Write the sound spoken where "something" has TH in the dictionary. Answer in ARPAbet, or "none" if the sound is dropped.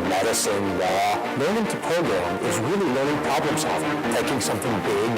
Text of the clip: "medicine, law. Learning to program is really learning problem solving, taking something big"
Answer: TH